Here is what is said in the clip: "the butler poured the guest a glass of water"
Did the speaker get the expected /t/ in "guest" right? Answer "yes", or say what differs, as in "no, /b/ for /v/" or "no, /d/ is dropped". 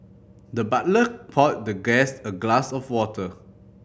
no, /t/ is dropped